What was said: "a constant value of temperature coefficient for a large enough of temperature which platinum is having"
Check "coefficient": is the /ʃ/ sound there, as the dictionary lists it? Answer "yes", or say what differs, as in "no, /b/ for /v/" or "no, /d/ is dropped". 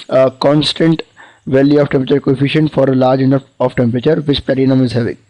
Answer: yes